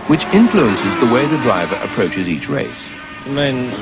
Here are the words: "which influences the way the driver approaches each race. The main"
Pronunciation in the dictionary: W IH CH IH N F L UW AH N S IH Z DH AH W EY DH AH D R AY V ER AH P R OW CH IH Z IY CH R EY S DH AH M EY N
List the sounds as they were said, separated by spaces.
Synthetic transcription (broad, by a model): W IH CH IH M F L UW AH N S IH Z DH AH W EY DH AH D R AY V ER AH P R OW CH IH Z IY CH R EY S DH AH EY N